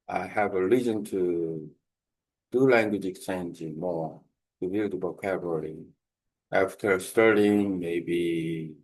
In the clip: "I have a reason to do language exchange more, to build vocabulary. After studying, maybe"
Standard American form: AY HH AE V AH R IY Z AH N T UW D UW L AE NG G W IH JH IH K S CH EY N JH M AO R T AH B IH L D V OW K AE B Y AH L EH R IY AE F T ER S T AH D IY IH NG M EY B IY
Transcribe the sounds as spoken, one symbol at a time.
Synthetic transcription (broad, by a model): AY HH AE V AH L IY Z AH N T UW D UW L AE NG G W IH JH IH K S CH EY N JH M AO R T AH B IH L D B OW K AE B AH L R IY AE F T ER S T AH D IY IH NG M EY B IY